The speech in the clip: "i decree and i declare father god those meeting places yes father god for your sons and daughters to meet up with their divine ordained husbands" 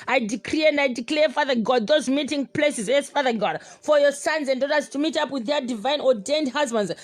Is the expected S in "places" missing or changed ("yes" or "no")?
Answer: no